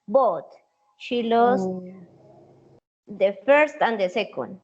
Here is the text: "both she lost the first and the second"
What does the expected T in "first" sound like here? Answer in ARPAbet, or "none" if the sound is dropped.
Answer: T